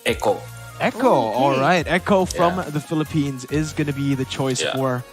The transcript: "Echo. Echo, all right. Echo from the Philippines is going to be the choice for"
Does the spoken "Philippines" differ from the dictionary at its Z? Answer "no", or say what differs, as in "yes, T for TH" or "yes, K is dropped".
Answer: no